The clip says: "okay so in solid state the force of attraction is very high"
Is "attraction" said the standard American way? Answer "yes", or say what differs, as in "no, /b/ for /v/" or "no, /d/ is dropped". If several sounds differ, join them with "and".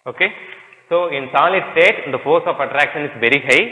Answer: yes